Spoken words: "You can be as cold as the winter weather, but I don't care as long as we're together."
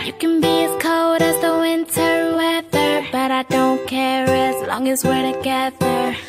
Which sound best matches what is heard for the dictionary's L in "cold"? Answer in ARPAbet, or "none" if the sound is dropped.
none